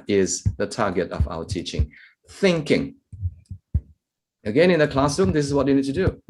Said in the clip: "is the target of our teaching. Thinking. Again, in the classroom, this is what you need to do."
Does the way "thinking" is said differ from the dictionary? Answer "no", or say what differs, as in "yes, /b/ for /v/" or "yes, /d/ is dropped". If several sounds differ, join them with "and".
no